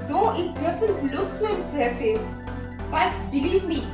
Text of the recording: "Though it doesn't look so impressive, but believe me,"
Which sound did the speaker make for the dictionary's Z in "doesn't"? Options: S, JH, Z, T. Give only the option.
S